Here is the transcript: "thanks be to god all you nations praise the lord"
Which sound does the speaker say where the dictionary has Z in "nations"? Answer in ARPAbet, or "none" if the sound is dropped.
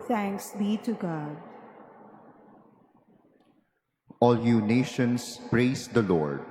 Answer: S